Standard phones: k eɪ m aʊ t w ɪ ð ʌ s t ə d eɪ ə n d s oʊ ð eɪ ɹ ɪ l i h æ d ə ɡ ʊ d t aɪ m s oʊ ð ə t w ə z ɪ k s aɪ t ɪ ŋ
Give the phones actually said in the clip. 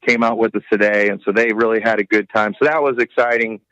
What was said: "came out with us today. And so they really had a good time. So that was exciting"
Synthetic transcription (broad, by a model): k eɪ m aʊ t w ɪ ð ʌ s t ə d eɪ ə n s oʊ ð eɪ ɹ ɪ l i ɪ d ə ɡ ʊ d t aɪ m s oʊ ð ə t w ə z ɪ k s aɪ t ɪ ŋ